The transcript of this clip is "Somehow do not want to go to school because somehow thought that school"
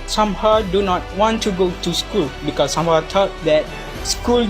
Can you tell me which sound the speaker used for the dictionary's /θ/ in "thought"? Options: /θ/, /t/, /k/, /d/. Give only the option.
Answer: /t/